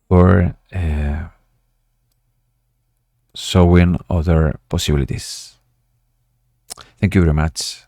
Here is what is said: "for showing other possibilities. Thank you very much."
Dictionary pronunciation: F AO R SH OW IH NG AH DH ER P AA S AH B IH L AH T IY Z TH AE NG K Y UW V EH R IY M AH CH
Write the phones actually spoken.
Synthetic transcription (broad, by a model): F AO R S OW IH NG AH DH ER P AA S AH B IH L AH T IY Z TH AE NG K Y UW V EH R IY M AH CH